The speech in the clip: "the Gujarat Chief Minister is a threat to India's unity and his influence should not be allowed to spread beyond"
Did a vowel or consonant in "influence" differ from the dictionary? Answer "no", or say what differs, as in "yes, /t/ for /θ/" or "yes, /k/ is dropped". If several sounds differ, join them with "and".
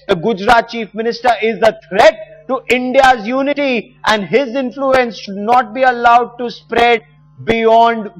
no